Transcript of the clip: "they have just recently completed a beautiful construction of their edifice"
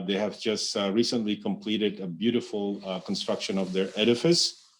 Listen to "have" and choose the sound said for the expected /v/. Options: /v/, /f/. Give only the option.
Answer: /v/